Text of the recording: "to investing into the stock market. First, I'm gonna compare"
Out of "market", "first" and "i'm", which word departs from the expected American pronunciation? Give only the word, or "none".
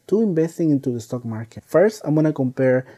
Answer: none